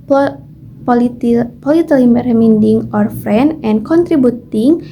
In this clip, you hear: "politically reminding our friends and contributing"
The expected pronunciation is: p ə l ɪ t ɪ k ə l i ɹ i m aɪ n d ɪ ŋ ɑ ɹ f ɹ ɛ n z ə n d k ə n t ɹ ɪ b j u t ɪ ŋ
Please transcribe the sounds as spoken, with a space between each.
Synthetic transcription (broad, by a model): p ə l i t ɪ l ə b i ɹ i m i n d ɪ ŋ ɑ ɹ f ɹ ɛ n ə n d k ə n t ɹ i b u t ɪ ŋ